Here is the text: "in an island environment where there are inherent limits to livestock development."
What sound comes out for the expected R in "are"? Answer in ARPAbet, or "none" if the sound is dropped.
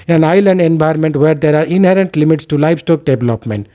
R